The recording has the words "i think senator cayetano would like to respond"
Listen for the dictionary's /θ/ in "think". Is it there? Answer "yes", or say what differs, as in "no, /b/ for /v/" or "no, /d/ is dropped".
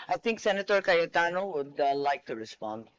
no, /t/ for /θ/